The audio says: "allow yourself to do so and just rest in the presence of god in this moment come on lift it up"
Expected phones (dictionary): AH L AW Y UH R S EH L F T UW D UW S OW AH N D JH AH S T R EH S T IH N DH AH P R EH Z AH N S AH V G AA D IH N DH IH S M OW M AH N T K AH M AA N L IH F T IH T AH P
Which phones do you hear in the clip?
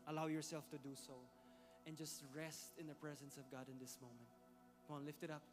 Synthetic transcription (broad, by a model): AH L AW Y UH R S EH L F T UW D UW S OW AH N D JH AH S T R EH S T IH N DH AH P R EH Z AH N S AH V G AA D IH N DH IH S M OW M AH N T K AA N L IH F T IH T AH P